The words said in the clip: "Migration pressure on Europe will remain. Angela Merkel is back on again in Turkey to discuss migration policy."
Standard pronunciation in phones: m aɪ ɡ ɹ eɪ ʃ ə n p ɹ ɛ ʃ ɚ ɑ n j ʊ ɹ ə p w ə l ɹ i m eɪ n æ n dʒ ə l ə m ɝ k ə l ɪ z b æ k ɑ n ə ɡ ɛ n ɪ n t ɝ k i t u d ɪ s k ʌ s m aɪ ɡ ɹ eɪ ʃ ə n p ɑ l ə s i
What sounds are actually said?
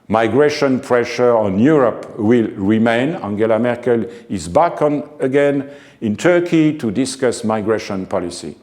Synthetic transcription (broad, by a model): m aɪ ɡ ɹ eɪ ʃ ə n p ɹ ɛ ʃ ɚ ɑ n j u ɹ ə p w ə l ɹ i m eɪ n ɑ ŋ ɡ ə l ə m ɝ k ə l ɪ z b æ k ɑ n ə ɡ ɛ n ɪ n t ɝ k i t u d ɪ s k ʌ s m aɪ ɡ ɹ eɪ ʃ ə n p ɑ l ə s i